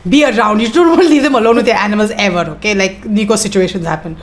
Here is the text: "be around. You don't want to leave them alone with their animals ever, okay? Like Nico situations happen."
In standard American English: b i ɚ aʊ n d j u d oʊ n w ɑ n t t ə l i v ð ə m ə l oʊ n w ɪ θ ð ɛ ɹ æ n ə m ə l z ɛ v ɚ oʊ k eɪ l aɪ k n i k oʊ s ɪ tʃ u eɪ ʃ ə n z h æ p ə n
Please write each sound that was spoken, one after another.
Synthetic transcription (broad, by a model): b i ɚ aʊ n d j u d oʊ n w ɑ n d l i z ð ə m ə l oʊ n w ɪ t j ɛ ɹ æ n ə m ə l z ɛ v ɚ oʊ k eɪ l aɪ k n i k oʊ s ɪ tʃ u eɪ ʃ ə n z h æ p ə n